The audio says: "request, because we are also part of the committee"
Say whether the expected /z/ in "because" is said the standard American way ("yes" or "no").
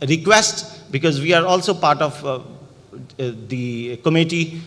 yes